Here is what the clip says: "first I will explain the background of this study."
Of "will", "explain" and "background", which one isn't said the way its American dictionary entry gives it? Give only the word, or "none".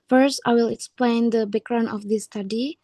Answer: background